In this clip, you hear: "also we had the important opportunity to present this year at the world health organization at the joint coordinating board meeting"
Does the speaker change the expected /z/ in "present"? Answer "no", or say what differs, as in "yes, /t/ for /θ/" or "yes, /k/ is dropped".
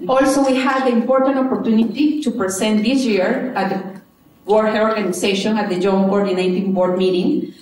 yes, /s/ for /z/